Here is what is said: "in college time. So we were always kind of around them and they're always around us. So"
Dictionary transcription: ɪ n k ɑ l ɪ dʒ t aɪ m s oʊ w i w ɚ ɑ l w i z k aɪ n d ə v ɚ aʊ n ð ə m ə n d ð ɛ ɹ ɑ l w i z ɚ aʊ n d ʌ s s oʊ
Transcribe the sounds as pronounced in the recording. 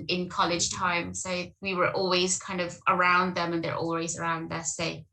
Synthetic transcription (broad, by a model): ɪ n k ɑ l ɪ dʒ t aɪ m s oʊ w i w ɚ ɑ l w i z k aɪ n d ə v ɚ aʊ n ð ə m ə n ð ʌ ɹ ɑ l w i z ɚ aʊ n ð ʌ s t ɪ